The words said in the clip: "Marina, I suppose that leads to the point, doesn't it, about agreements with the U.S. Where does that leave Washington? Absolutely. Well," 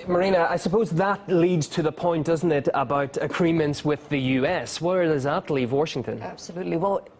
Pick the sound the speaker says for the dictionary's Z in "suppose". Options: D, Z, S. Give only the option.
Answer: Z